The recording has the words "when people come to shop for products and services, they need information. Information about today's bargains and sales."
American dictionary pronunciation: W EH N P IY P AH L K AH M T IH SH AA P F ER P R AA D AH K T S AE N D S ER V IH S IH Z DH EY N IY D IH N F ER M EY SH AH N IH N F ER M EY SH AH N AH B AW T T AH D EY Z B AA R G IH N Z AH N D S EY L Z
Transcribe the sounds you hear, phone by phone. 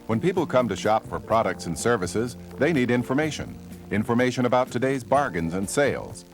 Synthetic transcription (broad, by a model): W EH N P IY P L K AH M T IH SH AA P F ER P R AA D AH K T S N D S ER V IH S IH Z DH EY N IY D IH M F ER M EY SH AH N IH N F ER M EY SH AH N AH B AW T T AH D EY Z B AA R G IH N Z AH N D S EY L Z